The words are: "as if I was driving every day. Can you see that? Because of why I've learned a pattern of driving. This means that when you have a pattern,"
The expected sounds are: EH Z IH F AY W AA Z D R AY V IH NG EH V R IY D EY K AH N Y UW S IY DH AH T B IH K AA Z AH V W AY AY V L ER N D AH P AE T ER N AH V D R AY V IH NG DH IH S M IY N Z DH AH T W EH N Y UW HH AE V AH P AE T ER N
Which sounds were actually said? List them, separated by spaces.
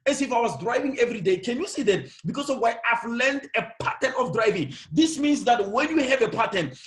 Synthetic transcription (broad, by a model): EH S IH F AY W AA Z D R AY V IH NG EH V R IY D EY K AH N Y UW S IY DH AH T B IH K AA S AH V W AY AY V L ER N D AH P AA T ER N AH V D R AY V IH NG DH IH S M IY N S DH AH T W EH N Y UW HH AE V AH P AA T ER N